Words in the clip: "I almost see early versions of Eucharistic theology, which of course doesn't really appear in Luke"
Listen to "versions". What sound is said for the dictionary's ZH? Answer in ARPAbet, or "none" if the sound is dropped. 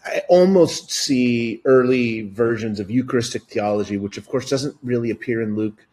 ZH